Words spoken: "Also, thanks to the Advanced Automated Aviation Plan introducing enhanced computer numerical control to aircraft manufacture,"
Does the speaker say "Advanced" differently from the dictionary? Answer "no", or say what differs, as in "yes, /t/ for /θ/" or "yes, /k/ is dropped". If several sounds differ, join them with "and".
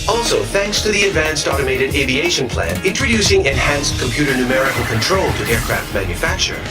no